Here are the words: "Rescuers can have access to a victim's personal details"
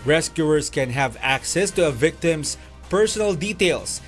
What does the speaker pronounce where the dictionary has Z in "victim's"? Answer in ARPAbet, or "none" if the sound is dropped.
S